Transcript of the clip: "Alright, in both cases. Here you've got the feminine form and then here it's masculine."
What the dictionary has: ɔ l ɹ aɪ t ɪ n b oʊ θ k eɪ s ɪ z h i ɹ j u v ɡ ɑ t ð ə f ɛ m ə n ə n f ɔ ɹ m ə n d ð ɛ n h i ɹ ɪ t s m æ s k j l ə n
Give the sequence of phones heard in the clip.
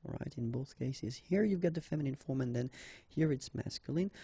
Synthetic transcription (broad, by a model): ɹ aɪ t ɪ n b oʊ θ k eɪ s ɪ z h i ɹ j u v ɡ ɑ t ð ə f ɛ m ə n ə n f ɔ ɹ m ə n ð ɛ n h i ɹ ɪ t s m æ s k j l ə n